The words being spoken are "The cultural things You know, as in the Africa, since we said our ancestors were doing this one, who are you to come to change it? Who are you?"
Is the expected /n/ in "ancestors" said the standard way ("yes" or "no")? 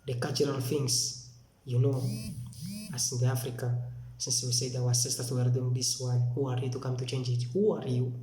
no